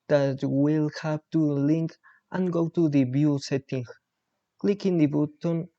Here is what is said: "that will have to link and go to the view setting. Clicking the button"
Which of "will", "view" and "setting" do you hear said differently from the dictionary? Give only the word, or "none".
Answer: view